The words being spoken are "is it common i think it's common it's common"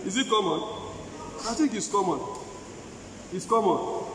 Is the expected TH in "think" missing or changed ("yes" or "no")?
yes